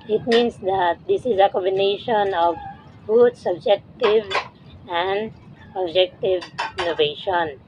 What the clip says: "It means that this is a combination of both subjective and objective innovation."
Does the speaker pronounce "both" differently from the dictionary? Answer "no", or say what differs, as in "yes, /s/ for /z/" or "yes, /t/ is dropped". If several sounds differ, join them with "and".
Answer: yes, /t/ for /θ/